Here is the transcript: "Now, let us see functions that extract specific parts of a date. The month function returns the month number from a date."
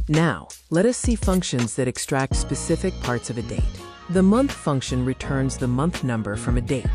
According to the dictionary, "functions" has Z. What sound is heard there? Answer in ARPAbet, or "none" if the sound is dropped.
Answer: Z